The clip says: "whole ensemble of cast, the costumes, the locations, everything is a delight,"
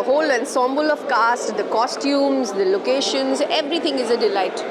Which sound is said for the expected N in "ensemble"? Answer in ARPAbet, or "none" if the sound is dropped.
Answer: N